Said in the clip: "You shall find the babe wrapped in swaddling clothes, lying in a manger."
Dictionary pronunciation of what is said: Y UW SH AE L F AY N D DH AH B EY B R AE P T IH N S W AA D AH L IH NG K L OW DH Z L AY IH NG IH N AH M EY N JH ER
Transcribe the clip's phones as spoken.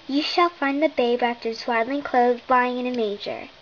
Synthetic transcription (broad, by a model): Y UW SH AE L F AY N DH AH B EY B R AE F T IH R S W AA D L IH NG K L OW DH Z L AY IH NG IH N AH M EY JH ER